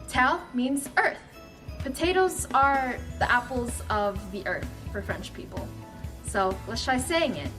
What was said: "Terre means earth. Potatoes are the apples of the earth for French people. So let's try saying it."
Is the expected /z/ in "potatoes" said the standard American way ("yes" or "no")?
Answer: yes